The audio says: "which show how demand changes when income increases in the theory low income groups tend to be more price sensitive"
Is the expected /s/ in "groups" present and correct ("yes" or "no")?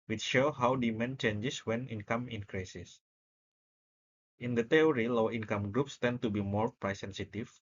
yes